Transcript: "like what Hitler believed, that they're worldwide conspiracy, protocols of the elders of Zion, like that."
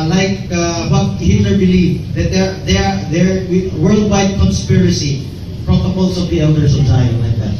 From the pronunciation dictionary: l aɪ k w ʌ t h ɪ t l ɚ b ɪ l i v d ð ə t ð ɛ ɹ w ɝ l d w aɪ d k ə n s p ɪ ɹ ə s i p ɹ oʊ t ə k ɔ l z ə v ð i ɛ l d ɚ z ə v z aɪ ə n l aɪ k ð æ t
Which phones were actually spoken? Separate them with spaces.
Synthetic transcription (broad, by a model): l aɪ k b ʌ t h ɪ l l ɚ b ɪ l i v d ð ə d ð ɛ ɹ w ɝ l d w aɪ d k ə n s p ɪ ɹ ə s i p ɹ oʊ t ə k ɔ l s ə v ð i ɛ l d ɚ s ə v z aɪ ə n l aɪ k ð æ t